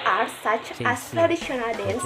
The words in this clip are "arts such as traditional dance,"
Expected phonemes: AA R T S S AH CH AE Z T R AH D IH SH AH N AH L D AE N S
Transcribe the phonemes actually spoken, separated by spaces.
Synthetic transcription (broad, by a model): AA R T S S AH CH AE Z T R AH D IH SH AH N AH L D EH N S